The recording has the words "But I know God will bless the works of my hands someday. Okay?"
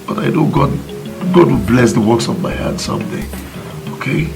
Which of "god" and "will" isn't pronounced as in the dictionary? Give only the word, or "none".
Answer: will